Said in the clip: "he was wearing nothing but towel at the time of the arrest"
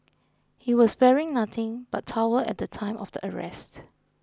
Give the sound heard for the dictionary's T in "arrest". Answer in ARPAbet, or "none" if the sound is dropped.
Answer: T